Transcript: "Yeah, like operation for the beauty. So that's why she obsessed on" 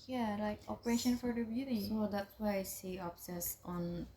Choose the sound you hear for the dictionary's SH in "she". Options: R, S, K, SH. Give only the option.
S